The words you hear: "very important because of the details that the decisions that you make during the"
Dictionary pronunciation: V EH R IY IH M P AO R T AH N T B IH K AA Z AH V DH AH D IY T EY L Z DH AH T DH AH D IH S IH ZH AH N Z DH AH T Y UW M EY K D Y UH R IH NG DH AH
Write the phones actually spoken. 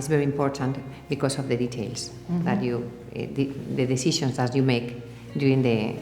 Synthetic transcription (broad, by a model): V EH R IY IH M P AO R T AH N T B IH K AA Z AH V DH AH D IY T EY L S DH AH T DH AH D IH S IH SH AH N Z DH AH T Y UW M EY K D Y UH R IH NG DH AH